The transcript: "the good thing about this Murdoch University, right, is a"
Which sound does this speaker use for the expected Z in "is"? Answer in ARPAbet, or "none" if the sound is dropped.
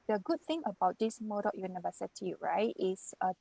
S